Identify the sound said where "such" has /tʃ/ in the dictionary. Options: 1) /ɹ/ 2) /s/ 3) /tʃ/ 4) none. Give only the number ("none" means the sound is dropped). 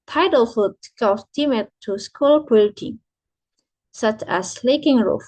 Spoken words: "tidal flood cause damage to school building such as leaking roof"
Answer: 3